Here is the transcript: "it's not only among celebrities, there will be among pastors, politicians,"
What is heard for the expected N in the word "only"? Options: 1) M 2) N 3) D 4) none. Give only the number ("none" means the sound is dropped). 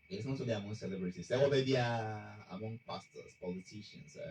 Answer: 4